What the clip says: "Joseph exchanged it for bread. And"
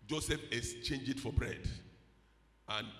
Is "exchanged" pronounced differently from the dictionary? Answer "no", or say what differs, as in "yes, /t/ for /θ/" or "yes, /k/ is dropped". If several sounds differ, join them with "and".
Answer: yes, /k/ is dropped and /d/ is dropped